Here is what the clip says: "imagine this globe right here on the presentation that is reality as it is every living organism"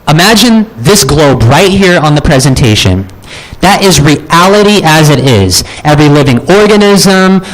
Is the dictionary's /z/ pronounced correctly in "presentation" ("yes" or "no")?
yes